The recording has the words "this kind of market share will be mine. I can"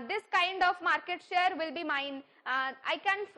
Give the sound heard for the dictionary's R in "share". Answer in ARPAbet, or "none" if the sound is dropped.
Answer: R